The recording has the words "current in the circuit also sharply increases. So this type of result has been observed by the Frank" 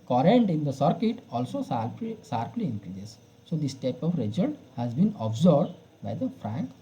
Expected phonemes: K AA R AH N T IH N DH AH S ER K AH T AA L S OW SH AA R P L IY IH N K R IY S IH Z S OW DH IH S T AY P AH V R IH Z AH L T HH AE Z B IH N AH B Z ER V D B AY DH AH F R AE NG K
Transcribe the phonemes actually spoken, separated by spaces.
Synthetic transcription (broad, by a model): K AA R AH N T IH N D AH S ER K AH T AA L S OW S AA R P L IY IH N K R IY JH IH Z S OW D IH S T AY P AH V R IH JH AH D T HH AE Z B IH N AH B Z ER B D B AY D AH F R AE NG K